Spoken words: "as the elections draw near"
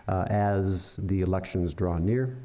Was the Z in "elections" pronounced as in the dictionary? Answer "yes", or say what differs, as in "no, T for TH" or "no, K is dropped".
yes